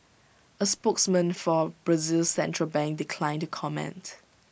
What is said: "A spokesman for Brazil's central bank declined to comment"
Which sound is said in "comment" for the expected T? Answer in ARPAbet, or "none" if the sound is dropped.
T